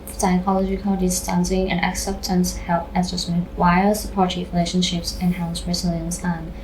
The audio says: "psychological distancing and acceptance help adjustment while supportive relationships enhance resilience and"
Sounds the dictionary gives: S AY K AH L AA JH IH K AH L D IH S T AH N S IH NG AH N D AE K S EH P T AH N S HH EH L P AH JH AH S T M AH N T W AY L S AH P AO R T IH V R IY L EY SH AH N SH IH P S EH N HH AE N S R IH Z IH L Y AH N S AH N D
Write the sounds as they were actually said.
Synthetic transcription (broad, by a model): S AY K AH L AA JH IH K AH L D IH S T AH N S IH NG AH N AE K S EH P T AH N S HH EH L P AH Z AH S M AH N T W AY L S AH P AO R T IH R IY L EY SH AH N SH IH P S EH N HH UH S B R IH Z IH L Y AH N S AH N